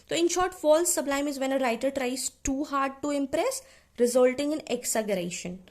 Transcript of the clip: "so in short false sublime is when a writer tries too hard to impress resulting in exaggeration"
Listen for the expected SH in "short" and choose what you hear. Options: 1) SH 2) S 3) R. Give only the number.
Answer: 1